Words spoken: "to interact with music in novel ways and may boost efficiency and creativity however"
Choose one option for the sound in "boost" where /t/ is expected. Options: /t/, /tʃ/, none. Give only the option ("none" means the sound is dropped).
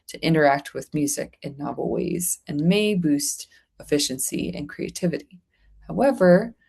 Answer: /t/